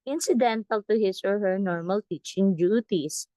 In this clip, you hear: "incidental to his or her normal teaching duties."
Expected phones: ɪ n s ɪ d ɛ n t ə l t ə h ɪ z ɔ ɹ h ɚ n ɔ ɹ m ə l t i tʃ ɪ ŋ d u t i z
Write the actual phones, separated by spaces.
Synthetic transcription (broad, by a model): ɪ n s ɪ d ɛ n t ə l t ə h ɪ s ɔ ɹ h ɚ n ɔ ɹ m ə l t i tʃ ɪ ŋ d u t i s